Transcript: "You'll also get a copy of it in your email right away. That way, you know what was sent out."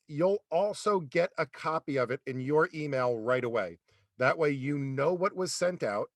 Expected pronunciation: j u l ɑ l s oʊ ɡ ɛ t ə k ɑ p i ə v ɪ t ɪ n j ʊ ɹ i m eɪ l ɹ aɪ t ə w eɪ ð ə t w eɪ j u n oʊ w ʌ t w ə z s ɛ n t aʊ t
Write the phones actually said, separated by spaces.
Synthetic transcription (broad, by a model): j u l ɑ l s oʊ ɡ ɛ t ə k ɑ p i ə v ɪ t ɪ n j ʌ ɹ i m eɪ l ɹ aɪ t ə w eɪ ð ə t w eɪ j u n oʊ w ʌ t w ə z s ɛ n t aʊ t